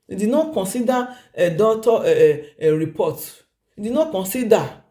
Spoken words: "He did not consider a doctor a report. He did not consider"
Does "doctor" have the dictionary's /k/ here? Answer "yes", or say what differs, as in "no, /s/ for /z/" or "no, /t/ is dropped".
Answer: no, /k/ is dropped